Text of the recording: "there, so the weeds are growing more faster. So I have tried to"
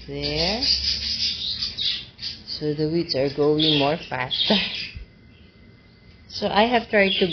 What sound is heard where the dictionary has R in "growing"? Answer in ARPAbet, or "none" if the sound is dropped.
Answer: none